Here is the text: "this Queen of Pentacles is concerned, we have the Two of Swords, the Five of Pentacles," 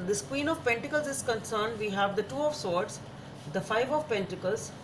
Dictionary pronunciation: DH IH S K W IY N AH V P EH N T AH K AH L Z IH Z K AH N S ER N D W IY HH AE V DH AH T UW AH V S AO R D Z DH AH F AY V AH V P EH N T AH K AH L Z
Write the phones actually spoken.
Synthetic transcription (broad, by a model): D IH S K W IY N AH V P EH N T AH K AH L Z IH Z K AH N S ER N D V IY HH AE V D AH T UW AH V S AO R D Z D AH F AY V AH V P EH N T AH K AH L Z